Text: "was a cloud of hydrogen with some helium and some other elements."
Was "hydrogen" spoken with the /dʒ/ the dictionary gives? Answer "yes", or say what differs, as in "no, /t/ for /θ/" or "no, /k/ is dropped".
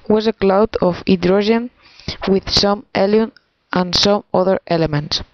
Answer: no, /ʒ/ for /dʒ/